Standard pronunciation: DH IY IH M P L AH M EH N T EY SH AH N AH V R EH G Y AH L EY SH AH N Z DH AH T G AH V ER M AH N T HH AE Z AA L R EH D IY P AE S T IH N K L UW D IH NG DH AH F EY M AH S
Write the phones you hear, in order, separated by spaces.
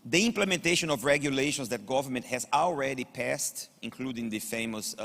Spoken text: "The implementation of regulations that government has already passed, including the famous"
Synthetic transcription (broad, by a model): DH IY IH M P L AH M EH N T EY SH AH N AH V R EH G Y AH L EY SH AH N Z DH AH T G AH V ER M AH N T HH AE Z AA L R EH D IY P AE S T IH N K L UW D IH NG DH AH F EY M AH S